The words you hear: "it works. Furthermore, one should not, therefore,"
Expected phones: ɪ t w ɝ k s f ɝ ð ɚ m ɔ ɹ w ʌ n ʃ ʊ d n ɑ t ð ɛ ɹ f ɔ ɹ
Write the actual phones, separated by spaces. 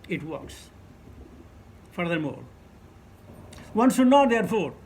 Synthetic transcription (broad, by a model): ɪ t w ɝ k s f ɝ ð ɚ m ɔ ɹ w ʌ n s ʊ n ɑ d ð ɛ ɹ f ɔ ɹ